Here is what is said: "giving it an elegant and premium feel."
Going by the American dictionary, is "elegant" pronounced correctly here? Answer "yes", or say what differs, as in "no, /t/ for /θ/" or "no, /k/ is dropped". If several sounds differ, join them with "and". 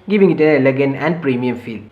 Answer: no, /t/ is dropped